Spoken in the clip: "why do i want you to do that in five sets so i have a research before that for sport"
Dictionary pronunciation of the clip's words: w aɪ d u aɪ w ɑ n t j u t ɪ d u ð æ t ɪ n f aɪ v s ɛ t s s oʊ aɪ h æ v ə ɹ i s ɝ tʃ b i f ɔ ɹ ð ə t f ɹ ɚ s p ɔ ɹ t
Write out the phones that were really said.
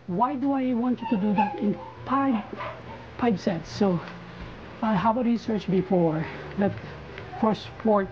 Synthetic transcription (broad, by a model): w aɪ d u aɪ w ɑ n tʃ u t ɪ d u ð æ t ɪ n p aɪ p s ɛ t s s oʊ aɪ h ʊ b ə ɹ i s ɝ tʃ b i f ɔ ɹ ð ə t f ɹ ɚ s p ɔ ɹ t